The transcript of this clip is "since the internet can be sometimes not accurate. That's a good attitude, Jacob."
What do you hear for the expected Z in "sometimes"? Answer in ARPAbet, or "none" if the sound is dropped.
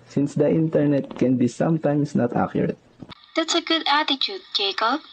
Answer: S